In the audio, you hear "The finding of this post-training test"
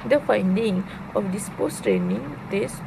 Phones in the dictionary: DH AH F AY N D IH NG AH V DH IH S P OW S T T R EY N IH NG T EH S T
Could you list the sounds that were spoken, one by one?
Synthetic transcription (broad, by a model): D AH F AY N D IH NG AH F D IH S P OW S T T R EY N IH NG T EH S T